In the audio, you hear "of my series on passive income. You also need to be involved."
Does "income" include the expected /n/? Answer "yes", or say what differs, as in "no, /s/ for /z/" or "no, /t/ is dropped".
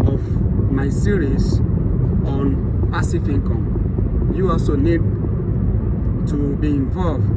no, /n/ is dropped